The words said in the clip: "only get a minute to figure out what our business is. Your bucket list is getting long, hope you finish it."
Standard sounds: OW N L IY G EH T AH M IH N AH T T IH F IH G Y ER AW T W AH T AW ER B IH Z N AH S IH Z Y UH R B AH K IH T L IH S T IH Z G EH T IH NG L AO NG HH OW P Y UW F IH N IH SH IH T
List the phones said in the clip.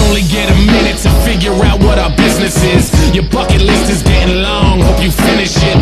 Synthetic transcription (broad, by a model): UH N L IY G EH T AH M IH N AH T T IH F IH G Y ER AW T W AH T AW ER B IH Z N AH S IH Z Y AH R B AH K IH T L IH S T IH Z G EH T IH NG L AO NG HH OW P Y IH F IH N IH SH IH T